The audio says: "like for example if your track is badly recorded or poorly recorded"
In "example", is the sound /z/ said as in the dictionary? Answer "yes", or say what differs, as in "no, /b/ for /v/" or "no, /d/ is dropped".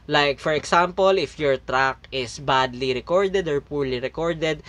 no, /s/ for /z/